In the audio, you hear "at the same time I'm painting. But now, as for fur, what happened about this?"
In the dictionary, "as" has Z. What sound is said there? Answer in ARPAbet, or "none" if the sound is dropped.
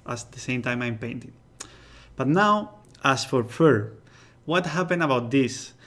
S